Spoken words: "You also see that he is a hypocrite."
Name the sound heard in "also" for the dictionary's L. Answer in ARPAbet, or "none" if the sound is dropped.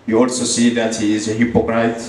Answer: none